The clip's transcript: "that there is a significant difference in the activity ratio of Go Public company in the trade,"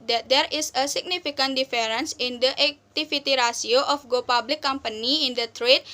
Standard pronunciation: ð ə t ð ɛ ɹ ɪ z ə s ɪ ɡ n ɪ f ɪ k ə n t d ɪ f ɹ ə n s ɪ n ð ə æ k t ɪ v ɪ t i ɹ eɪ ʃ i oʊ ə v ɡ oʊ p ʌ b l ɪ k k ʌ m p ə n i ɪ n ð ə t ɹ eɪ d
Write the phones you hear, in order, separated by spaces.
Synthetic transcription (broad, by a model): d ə t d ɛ ɹ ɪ s ə s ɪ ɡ n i f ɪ k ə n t d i f ɹ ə n s ɪ n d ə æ k t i f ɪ t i ɹ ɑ s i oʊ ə f ɡ oʊ p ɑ b l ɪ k k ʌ m p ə n i ɪ n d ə t ɹ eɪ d